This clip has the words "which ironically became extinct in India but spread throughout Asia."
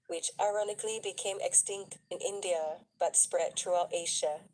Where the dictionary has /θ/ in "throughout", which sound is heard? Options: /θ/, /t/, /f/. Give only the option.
/t/